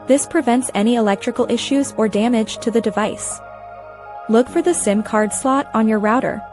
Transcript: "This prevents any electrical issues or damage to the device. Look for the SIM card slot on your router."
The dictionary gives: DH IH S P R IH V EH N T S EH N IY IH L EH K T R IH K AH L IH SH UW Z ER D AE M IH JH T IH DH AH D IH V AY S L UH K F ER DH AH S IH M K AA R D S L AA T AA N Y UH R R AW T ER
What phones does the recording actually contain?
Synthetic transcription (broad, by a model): DH IH S P R IH V EH N T S EH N IY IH L EH K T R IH K L IH SH UW Z ER D AE M IH JH T IH DH AH D IH V AY S L UH K F ER DH AH S IH M K AA R D S L AA T N Y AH R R AW T ER